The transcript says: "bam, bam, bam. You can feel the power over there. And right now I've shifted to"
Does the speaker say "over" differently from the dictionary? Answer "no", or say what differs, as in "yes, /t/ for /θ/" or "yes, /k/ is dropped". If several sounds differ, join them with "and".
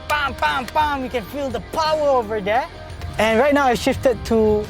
no